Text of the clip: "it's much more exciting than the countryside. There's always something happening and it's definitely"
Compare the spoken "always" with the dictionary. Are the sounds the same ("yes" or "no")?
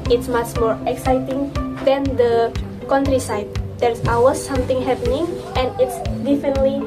no